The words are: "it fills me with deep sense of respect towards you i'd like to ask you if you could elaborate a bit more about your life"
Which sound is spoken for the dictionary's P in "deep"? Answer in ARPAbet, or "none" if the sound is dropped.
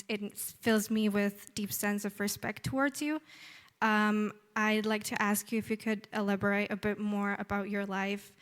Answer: P